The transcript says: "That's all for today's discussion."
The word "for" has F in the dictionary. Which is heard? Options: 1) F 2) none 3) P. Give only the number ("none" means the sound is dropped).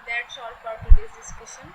3